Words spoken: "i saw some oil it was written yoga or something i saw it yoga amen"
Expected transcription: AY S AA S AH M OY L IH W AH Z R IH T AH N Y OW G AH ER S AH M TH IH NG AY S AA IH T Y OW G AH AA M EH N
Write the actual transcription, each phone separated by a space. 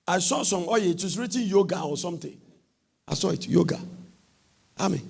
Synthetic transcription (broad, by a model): AY S AA S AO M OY IH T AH S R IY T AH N Y OW G AH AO S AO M T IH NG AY S AA IH T Y OW G AH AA M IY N